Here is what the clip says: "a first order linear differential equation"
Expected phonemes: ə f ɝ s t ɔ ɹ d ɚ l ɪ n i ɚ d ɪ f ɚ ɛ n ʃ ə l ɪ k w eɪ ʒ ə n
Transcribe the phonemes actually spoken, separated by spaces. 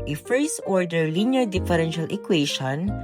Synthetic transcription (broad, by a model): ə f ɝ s ɔ ɹ d ɚ l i n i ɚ d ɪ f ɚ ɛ n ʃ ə l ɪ k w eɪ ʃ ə n